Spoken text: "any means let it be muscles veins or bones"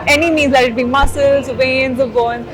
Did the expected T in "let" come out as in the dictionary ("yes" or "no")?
no